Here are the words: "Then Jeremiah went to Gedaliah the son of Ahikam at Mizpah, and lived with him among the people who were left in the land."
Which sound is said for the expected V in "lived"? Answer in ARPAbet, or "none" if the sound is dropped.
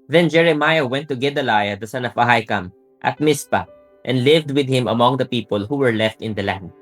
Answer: V